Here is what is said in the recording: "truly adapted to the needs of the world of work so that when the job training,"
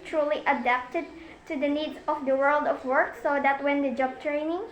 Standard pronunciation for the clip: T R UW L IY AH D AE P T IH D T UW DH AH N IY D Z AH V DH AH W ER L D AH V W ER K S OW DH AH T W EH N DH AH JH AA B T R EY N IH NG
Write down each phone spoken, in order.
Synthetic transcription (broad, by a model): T R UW L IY AH D AE P T IH D T UW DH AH N IY D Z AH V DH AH W ER L D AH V W ER K S OW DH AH T W EH N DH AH JH AA B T R EY N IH NG